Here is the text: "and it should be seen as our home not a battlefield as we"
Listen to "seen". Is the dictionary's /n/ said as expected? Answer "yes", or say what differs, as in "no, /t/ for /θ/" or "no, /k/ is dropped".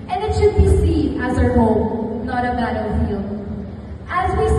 no, /n/ is dropped